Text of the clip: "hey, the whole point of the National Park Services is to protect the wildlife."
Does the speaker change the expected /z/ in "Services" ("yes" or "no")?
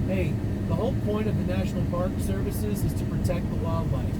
no